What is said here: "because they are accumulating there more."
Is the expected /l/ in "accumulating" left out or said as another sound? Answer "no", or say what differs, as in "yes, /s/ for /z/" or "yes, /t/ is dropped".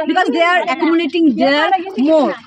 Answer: yes, /n/ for /l/